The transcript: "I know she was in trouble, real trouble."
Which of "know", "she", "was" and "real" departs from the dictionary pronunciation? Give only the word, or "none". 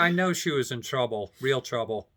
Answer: none